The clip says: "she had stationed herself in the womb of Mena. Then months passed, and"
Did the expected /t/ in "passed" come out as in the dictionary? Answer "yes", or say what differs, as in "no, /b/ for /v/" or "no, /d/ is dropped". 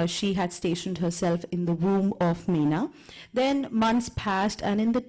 yes